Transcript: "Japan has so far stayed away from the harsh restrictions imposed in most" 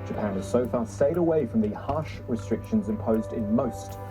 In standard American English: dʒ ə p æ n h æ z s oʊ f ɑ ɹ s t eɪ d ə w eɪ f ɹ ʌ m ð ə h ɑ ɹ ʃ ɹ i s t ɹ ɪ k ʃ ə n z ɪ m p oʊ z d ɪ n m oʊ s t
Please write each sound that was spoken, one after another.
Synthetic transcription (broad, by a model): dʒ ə p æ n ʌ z s oʊ f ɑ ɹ s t eɪ d ə w eɪ f ɹ ʌ m ð ə h ɑ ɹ ʃ ɹ i s t ɹ ɪ k ʃ ə n z ɪ m p oʊ z d ɪ n m oʊ s t